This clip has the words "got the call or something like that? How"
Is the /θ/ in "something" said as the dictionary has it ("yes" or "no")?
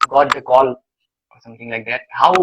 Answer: no